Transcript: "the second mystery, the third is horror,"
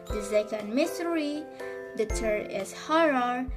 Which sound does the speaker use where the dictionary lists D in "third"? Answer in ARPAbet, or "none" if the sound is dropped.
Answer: none